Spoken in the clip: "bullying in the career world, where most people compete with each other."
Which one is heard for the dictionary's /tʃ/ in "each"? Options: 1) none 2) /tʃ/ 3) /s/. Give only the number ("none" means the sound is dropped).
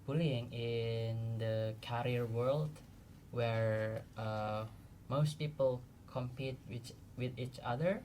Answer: 2